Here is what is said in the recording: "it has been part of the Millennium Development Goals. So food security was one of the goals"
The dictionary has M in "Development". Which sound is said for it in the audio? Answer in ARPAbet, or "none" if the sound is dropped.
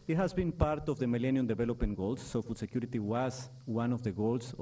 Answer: none